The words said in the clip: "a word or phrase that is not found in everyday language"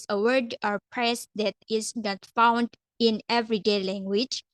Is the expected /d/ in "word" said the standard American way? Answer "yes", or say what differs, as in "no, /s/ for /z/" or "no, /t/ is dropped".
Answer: yes